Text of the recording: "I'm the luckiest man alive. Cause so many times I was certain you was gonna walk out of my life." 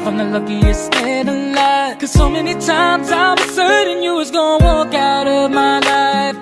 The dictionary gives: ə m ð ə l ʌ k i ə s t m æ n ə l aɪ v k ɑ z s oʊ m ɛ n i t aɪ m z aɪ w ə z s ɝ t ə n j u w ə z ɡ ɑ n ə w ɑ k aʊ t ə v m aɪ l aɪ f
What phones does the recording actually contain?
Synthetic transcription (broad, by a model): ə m ð ə l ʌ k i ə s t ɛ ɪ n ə l aɪ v k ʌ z s oʊ m ɛ n i t aɪ m z aɪ w ə z s ɝ t ə n j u w ə z ɡ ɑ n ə w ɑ k aʊ t ə v m aɪ l aɪ f